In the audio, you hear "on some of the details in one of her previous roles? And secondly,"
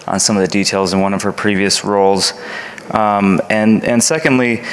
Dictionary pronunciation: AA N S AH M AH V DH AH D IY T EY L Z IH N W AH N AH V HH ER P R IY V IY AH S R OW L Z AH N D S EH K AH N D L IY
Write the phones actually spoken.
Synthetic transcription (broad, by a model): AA N S AH M AH V DH AH D IY T EY L Z IH N W AH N AH V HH ER P R IY V IY AH S R OW L Z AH N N S EH K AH N D L IY